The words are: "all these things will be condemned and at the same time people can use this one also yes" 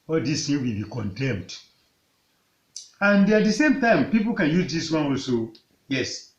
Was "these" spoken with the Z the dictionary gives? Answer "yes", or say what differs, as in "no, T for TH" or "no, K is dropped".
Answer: no, S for Z